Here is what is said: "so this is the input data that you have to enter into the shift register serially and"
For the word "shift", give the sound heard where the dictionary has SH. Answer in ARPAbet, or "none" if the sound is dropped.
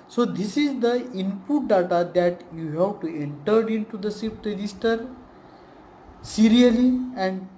S